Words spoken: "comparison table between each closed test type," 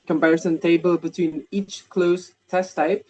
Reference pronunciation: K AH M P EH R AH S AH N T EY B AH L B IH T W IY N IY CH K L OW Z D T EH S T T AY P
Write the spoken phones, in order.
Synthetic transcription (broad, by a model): K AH M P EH R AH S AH N T EY B AH L B IH T W IY N IY CH K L OW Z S T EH S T T AY P